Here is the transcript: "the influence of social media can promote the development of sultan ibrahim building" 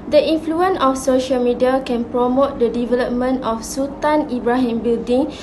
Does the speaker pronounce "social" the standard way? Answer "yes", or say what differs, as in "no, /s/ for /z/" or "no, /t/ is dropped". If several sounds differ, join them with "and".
yes